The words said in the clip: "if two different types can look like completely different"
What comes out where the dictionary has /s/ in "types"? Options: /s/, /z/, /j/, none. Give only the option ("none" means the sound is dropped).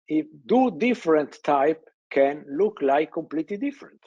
none